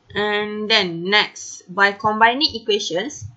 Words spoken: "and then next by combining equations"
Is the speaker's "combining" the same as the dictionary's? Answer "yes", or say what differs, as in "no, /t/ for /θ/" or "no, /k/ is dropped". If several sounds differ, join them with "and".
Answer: yes